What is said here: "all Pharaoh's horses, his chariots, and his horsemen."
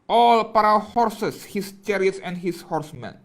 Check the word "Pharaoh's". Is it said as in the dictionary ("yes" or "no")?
no